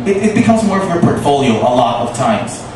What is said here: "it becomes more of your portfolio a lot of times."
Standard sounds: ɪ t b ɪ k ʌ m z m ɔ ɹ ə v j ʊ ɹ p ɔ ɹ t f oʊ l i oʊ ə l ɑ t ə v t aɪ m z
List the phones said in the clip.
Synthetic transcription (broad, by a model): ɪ t b ɪ k ʌ m z m ɔ ɹ ə v j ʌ ɹ p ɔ ɹ t f oʊ l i oʊ ə l ɑ t ə v t aɪ m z